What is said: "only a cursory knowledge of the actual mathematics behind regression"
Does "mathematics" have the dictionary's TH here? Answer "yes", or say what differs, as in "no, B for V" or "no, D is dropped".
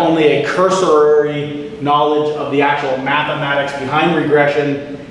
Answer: yes